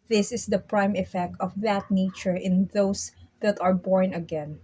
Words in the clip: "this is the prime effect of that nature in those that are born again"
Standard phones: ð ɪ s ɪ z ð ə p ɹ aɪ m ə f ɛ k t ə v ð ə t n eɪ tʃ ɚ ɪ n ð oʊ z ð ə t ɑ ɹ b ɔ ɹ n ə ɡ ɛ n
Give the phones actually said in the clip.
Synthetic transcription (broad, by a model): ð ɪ s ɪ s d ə p ɹ aɪ m ə f ɛ k t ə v ð ə t n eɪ tʃ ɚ ɪ n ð oʊ s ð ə t ɑ ɹ b ɔ ɹ n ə ɡ ɛ n